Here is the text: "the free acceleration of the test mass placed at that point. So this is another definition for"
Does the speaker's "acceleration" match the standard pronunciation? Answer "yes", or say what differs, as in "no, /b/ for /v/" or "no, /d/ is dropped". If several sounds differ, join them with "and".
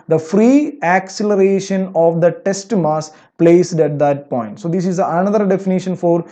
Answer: yes